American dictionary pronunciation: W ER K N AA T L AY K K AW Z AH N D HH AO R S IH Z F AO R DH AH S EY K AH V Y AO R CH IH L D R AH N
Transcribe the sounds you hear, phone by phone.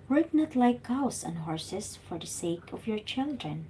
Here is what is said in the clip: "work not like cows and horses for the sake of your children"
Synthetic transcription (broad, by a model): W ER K N AA T L AY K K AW S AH N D HH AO R S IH S F AO R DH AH S EY K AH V Y AO R CH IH L D R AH N